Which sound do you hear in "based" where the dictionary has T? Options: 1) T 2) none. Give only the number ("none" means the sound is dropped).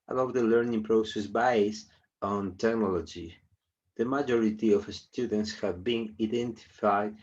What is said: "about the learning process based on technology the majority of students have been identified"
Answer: 2